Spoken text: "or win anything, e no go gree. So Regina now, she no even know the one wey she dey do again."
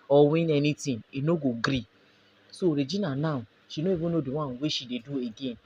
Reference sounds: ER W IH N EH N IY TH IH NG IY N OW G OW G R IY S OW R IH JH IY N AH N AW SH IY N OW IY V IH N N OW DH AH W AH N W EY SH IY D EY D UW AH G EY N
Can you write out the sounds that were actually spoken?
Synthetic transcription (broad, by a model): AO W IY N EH N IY T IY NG IY N OW G OW G R IY S OW R IH JH IY N AH N AW SH IY N OW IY B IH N N OW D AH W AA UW W EY SH IY D EY D UW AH G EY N